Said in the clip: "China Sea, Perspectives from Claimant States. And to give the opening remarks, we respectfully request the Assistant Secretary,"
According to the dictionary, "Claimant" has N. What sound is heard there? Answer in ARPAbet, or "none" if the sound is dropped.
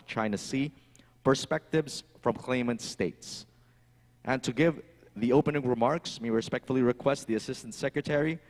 N